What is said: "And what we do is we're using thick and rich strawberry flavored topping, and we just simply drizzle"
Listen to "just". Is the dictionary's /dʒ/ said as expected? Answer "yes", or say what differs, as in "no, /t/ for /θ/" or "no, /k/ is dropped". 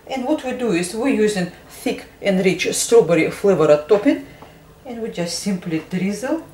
yes